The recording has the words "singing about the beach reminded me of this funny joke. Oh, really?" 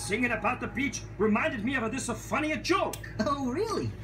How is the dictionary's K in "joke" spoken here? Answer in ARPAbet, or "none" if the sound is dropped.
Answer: K